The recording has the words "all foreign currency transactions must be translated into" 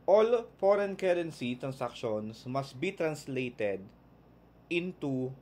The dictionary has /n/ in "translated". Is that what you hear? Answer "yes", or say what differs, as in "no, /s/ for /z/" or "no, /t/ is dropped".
yes